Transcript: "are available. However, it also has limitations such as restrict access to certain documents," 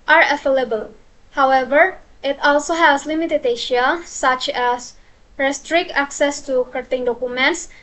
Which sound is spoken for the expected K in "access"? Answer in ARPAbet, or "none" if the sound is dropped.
K